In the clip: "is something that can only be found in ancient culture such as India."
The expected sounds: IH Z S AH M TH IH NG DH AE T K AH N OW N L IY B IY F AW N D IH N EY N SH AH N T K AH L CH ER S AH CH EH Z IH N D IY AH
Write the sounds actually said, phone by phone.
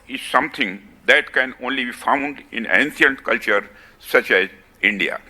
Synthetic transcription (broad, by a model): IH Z S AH M T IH NG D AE T K AH N OW N L IY B IY F AW N D IH N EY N S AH N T K AH L CH ER S AH CH EH Z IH N D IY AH